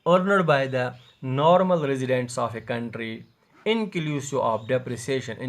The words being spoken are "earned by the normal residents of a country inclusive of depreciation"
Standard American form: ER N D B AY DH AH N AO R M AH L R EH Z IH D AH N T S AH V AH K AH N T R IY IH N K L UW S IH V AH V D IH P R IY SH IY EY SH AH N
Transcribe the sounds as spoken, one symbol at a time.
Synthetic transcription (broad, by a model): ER N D B AY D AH N AO R M AH L R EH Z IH D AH N T S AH F AH K AH N T R IY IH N K L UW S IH AH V D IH P R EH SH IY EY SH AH N